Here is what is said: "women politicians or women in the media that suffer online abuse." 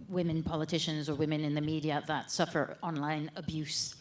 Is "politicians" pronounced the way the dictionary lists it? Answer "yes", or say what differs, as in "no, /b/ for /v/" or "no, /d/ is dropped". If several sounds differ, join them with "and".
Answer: yes